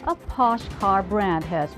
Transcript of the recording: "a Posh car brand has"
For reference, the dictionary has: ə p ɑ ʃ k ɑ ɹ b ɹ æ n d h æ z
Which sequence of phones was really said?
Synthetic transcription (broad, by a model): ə p ɑ ʃ k ɑ ɹ b ɹ æ n d h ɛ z